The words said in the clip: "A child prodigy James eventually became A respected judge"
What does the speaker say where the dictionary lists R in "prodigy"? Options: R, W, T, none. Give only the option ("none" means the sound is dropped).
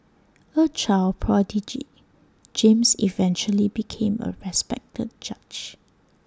R